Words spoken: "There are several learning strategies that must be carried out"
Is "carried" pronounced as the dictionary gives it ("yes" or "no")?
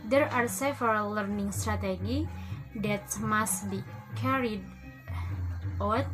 yes